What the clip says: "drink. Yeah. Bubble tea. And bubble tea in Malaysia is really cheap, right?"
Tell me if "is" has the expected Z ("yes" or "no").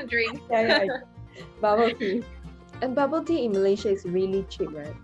no